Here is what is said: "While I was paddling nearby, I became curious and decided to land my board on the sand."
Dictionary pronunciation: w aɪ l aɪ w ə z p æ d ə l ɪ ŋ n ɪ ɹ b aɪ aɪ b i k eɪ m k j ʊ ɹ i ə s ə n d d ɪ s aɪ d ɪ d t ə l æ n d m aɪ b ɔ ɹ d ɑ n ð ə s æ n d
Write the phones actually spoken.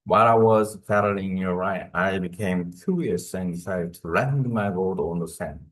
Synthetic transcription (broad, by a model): w aɪ l aɪ w ə z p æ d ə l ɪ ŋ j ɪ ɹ aɪ aɪ b i k eɪ m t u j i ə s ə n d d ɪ s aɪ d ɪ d t ə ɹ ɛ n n m aɪ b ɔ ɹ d ɑ n ð ə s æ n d